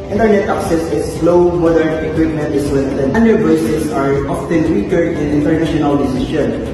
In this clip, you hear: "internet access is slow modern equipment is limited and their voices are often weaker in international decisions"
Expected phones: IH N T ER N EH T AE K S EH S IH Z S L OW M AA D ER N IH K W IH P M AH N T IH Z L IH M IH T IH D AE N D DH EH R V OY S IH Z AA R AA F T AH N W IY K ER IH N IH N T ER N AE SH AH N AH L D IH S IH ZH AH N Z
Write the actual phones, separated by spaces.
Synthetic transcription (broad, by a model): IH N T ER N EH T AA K S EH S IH S L OW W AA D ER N IH K W IH P M AH N T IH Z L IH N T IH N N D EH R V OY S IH S AA R AA F T AH N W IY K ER IH N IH N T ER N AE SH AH N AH L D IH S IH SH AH N